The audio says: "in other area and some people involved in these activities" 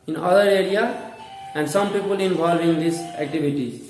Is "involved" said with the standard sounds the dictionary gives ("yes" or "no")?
no